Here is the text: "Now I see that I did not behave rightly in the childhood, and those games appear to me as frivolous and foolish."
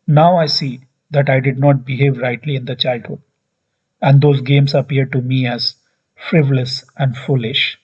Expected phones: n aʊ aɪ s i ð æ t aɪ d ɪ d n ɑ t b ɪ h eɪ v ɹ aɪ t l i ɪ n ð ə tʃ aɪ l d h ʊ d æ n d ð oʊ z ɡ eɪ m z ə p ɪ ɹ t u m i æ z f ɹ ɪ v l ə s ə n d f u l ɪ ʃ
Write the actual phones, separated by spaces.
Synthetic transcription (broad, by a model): n aʊ aɪ s i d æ t aɪ d ɪ d n ɑ t b ɪ h eɪ v ɹ aɪ t l i ɪ n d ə tʃ aɪ l d h ʊ d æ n d oʊ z ɡ eɪ m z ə p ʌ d t u m i æ z f ɹ ɪ v l ə s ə n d f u l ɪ ʃ